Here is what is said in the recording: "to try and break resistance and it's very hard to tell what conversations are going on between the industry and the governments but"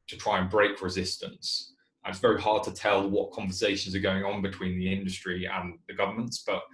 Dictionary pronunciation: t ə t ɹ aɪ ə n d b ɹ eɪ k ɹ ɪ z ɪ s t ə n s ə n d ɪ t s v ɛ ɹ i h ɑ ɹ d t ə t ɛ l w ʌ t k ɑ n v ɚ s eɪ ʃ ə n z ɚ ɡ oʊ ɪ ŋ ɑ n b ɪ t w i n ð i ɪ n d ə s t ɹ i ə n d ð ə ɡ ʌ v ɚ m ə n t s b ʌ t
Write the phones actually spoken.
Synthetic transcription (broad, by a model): t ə t ɹ aɪ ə n b ɹ eɪ k ɹ ɪ z ɪ s t ə n s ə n ɪ t s v ɛ ɹ i h ɑ d t ə t ɛ l w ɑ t k ɑ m v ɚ s eɪ ʃ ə n z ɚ ɡ oʊ ɪ ŋ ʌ n b ɪ t w i n ð i ɪ n d ə s t ɹ i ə n ð ə ɡ ʌ v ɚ m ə n t s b ʌ t